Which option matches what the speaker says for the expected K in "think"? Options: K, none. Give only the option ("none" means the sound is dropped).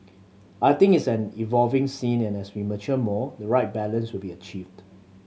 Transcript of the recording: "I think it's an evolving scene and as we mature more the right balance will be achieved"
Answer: none